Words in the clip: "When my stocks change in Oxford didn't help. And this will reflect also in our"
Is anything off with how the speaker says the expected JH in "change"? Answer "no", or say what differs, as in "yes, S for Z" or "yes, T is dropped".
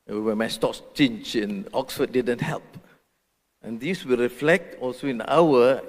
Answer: yes, CH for JH